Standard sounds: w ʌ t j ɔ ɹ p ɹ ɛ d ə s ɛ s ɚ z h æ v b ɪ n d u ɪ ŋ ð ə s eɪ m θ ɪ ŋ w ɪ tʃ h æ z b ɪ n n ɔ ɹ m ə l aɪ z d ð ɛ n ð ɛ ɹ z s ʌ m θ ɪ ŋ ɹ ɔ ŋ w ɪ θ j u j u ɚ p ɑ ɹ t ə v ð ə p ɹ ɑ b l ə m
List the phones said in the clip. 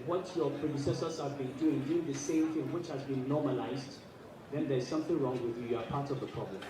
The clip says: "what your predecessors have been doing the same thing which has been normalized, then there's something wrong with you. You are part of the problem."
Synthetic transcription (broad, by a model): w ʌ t j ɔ p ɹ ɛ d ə s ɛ s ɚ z h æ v b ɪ n d u ɪ ŋ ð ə s eɪ m θ ɪ ŋ w ɪ tʃ h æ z b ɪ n n ɔ m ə l aɪ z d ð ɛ n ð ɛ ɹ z s ʌ m θ ɪ ŋ ɹ ɔ ŋ w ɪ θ j u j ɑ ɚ p ɑ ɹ t ə v ð ə p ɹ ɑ b l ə m